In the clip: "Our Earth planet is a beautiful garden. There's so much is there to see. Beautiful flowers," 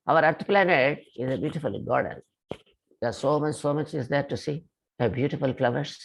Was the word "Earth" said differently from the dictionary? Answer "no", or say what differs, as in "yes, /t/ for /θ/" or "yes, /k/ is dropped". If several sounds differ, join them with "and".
yes, /t/ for /θ/